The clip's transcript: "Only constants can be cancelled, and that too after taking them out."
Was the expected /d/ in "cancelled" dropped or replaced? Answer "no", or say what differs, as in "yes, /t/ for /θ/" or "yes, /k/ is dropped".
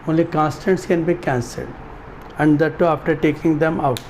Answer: no